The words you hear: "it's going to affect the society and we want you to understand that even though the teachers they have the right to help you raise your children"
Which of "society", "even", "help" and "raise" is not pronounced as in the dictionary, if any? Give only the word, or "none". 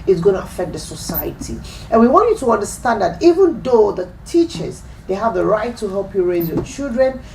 none